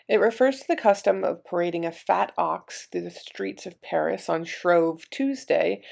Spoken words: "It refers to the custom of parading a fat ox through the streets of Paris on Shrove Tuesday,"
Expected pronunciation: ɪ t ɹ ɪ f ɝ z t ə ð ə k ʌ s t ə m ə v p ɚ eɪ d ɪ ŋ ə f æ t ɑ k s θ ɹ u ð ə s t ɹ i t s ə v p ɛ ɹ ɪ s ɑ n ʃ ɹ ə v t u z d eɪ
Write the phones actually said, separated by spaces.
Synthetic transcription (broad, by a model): ɪ t ɹ ɪ f ɝ z t ə ð ə k ʌ s t ə m ə v p ɚ eɪ d ɪ ŋ ə f æ t ɑ k s θ ɹ u ð ə s t ɹ i t s ə v p ɛ ɹ ɪ s n ʃ ɹ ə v t u z d eɪ